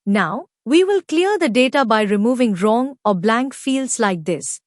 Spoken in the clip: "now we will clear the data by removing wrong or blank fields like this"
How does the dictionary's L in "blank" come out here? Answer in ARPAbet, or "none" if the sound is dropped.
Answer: L